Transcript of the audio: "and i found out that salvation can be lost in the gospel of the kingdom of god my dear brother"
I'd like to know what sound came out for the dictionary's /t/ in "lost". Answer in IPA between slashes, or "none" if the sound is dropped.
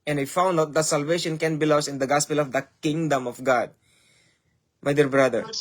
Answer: none